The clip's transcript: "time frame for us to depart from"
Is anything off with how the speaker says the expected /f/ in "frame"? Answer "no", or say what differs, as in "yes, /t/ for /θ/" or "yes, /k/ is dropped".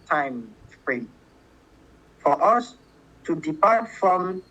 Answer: yes, /p/ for /f/